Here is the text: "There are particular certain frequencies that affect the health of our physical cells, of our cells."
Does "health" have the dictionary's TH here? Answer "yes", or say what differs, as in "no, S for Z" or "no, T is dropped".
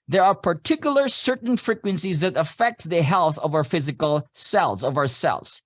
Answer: yes